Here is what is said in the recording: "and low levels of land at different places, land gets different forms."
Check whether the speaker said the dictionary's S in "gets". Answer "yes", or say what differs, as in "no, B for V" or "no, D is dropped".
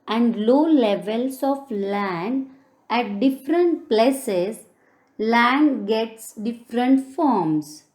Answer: yes